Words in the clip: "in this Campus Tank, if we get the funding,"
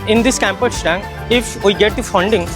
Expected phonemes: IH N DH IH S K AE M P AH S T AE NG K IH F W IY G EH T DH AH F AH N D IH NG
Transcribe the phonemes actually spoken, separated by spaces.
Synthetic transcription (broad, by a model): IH N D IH S K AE M P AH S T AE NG IH F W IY G EH T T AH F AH N D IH NG